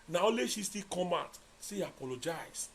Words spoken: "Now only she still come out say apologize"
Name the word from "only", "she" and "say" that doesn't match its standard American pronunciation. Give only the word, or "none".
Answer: only